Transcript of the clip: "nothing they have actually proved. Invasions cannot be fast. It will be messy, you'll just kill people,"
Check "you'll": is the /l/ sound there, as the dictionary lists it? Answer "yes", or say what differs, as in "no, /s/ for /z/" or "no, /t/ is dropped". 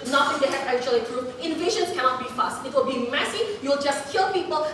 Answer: yes